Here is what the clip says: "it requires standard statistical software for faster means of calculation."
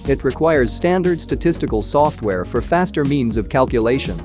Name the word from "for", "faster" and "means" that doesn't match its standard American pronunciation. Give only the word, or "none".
none